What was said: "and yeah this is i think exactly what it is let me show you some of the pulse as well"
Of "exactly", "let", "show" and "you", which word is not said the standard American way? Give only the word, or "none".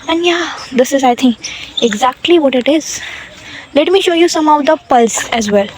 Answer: none